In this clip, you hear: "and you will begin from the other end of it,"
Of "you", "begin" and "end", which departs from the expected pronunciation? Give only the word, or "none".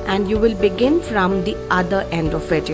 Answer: none